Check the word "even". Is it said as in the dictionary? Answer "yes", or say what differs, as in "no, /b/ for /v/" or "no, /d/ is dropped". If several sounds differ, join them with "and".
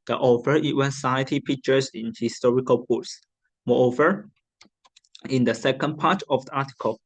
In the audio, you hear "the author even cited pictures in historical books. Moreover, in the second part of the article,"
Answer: no, /w/ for /v/